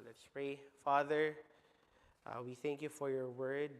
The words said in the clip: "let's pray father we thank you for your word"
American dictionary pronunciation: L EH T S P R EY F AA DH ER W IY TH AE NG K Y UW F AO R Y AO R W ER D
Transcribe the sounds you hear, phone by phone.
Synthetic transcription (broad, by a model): L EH T S P R EY F AA DH ER W IY TH AE NG K Y UW F AO R Y AO R W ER D